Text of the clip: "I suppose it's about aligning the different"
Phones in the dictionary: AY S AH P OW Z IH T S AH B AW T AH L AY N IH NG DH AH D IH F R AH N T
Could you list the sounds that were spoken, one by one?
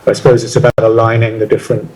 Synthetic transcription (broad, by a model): AY S AH P OW Z IH T S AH B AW T AH L AY N IH NG DH AH D IH F R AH N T